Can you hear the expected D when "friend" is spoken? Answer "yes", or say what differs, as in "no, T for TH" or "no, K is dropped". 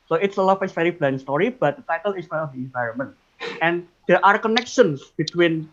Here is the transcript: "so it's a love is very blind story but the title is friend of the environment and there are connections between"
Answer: no, D is dropped